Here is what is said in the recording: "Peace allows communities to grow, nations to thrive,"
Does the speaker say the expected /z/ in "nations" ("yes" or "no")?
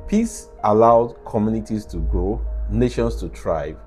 no